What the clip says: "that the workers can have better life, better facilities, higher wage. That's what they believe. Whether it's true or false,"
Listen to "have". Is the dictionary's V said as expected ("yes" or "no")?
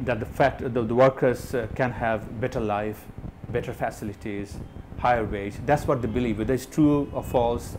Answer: yes